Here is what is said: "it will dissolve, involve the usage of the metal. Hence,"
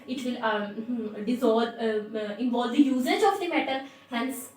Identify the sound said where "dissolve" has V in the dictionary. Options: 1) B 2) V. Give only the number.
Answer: 1